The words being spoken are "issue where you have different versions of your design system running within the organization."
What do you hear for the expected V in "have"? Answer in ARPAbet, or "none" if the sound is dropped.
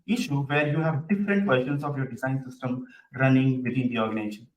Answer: V